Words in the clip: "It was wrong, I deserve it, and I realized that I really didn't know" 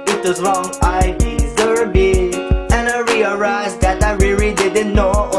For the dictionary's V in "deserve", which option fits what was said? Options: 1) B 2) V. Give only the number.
1